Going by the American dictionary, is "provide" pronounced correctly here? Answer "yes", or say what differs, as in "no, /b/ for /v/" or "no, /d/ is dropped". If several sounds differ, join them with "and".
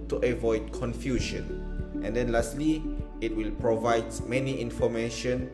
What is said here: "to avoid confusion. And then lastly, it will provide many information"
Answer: yes